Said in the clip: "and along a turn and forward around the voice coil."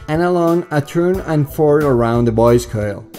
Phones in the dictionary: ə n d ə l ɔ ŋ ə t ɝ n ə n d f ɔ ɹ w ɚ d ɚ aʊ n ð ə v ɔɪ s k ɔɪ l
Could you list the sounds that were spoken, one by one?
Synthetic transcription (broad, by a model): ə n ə l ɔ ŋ ə t ɝ n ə n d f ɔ ɹ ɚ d ɚ aʊ n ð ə b ɔɪ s k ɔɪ l